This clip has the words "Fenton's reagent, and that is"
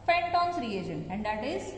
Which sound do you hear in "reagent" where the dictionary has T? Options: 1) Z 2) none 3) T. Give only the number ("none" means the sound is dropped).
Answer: 2